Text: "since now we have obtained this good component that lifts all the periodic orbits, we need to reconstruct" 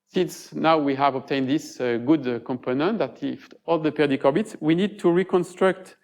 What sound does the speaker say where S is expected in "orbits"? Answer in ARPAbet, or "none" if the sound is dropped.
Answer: S